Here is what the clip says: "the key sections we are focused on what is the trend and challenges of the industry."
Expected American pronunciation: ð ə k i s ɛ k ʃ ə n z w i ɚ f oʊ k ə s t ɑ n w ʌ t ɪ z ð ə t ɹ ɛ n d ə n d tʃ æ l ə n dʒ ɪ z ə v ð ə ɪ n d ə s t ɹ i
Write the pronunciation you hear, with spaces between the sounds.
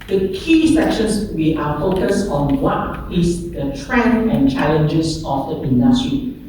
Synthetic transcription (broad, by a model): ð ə k i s ɛ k ʃ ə n s w i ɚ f oʊ k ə s ɑ n w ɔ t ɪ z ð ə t ɹ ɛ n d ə n tʃ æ l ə n dʒ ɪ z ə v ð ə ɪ n d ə s t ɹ i